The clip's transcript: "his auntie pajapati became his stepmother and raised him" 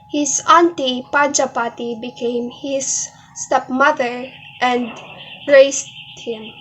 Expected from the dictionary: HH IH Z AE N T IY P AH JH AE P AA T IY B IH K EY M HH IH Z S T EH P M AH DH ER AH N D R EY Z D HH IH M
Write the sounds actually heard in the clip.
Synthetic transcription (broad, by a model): HH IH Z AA N T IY P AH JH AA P AA T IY B IH K EY M HH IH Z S T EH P M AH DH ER AH N D R EY S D HH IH M